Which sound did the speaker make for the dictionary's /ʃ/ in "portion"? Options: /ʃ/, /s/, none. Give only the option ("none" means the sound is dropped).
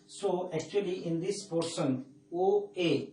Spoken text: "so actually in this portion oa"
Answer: /s/